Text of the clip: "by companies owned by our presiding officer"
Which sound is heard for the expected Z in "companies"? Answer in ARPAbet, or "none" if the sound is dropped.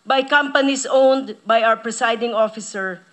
S